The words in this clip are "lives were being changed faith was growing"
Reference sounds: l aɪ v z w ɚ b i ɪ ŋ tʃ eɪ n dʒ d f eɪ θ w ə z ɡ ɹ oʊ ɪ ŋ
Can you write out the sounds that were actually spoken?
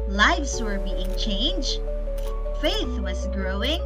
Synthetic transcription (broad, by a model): l aɪ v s w ɚ b i ɪ ŋ tʃ eɪ n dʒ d f eɪ θ w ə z ɡ ɹ oʊ ɪ ŋ